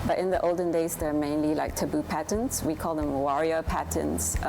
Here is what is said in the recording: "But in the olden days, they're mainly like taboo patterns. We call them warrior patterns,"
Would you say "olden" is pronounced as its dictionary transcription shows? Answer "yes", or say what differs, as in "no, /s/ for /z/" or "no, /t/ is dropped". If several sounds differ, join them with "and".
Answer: yes